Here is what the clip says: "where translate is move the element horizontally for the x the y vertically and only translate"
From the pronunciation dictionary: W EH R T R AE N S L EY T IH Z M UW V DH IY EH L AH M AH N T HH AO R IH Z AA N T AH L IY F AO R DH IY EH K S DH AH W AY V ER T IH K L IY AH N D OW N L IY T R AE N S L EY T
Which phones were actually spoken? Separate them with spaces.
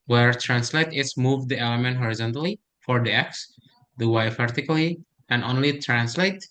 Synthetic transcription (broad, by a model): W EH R T R AE N S L EY T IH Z M UW V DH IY EH L AH M AH N T HH AO R IH Z AA N T AH L IY F AO R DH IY EH K S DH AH W AY F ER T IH K L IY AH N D OW N L IY T R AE N S L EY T